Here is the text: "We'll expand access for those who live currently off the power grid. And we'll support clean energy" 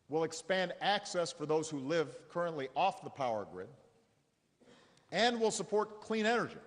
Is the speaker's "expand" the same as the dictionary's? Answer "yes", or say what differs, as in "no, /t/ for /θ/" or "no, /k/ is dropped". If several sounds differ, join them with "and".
yes